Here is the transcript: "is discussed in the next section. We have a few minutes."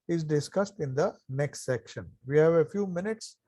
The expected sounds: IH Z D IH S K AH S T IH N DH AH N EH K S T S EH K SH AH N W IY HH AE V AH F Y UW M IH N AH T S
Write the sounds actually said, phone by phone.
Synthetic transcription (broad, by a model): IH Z D IH S K AH S T IH N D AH N EH K S T S EH K SH AH N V IY HH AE V AH F Y UW M IH N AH T S